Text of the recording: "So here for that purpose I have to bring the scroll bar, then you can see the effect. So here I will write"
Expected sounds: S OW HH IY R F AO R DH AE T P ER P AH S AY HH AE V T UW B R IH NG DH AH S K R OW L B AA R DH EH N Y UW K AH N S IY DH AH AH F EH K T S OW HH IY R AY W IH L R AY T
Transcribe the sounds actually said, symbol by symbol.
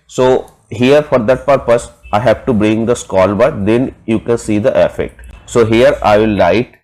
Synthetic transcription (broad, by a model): S OW HH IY R F AO R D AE T P ER P AH S AY HH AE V T UW B R IH NG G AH S K OW L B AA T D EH N Y UW K AH N S IY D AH AH F EH K T S OW HH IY R AY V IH L AY T